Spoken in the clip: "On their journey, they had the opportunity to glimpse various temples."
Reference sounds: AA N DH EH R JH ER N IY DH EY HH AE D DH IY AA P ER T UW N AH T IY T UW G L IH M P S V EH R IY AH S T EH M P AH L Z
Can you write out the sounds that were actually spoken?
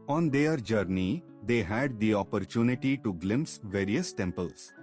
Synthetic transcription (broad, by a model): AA N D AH R JH ER N IY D EY HH AE D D IY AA P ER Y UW N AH T IY T UW G L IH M S V EH R IY AH S T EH M P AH L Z